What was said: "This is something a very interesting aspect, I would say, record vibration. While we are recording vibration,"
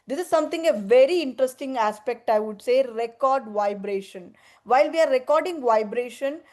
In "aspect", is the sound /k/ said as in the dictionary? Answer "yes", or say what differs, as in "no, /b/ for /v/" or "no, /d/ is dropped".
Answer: yes